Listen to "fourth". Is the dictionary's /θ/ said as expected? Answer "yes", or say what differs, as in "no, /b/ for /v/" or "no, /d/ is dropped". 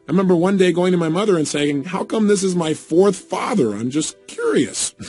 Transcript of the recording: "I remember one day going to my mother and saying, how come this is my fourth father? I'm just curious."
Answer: yes